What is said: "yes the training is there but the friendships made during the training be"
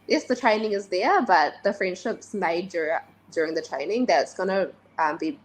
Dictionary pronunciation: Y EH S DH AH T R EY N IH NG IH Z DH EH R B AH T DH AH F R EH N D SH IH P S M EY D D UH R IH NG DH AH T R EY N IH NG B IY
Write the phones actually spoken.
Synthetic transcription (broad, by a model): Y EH S DH AH T R EY N IH NG IH Z DH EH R B AH T DH AH F R EH N D SH IH P S M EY D D UH R IH NG DH AH T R EY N IH NG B IY